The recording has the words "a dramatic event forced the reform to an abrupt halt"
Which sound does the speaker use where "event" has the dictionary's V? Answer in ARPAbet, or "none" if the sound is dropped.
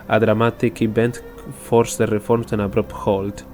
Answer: B